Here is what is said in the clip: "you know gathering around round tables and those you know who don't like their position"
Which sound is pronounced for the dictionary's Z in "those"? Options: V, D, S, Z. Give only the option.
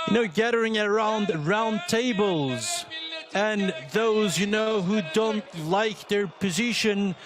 Z